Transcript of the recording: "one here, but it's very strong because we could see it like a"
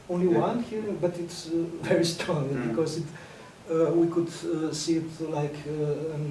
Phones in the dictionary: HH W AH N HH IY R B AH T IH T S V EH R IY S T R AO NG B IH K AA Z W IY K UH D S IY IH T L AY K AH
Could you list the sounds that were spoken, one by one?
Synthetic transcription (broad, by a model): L W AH N HH IY R B AH T IH T S V EH R IY S T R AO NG B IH K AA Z W IY K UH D S IY IH T L AY K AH